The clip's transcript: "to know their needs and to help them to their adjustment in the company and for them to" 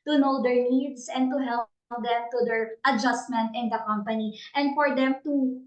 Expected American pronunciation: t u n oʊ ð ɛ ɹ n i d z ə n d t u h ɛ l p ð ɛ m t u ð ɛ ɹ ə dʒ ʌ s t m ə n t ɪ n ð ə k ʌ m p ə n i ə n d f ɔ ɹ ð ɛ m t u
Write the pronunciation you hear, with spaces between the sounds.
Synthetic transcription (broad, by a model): t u n oʊ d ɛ ɹ n i d s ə n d t u h ɛ l p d ɛ m t u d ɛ ɹ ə dʒ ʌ s t m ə n t ɪ n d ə k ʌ m p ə n i ə n d f ɔ ɹ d ɛ m t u